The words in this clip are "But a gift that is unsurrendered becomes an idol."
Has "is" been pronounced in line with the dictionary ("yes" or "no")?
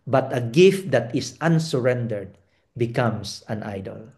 no